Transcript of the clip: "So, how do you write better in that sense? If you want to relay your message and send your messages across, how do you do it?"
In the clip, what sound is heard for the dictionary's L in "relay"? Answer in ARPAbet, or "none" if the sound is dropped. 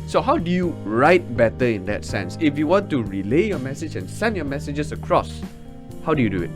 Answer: L